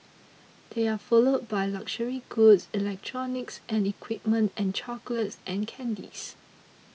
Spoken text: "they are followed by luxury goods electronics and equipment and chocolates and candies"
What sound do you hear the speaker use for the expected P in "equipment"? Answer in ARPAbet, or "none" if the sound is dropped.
P